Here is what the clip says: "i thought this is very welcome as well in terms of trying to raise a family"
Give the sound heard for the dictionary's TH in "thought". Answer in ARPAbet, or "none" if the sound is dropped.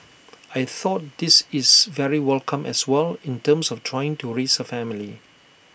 TH